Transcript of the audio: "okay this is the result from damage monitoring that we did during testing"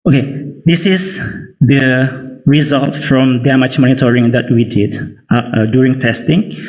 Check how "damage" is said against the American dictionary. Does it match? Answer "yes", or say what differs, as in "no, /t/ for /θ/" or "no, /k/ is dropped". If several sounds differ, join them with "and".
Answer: no, /tʃ/ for /dʒ/